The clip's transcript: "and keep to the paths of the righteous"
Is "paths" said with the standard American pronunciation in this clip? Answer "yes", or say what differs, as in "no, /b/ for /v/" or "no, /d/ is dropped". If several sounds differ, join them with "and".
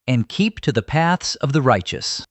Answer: yes